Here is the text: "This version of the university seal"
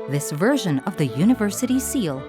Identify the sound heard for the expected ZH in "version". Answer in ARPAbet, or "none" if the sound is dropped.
ZH